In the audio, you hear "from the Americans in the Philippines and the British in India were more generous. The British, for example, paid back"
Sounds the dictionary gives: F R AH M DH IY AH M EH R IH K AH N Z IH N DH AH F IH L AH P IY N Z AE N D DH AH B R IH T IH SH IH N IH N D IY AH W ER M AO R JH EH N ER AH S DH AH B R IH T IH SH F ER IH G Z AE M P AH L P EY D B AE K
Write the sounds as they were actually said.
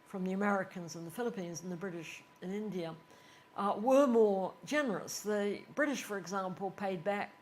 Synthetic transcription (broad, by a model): F R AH M DH IY AH M EH R IH K AH N Z IH N DH AH F IH L AH P IY N Z N DH AH B R IH T IH SH IH N IH N D IY AH W ER M AO R JH EH N ER AH S DH AH B R IH T IH SH F ER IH G Z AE M P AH L P EY D B AE K